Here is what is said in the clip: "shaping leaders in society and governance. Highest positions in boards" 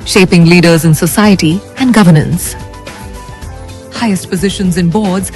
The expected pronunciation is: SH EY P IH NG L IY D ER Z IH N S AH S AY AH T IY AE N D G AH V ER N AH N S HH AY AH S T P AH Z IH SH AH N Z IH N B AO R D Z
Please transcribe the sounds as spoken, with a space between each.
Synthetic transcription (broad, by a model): SH EY P IH NG L IY D ER Z IH N S AH S AY AH T IY AE N D G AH V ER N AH N S HH AY AH S T P AH Z IH SH AH N Z IH N B AO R D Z